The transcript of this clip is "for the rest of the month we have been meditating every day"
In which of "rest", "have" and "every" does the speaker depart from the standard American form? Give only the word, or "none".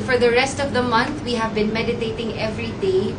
none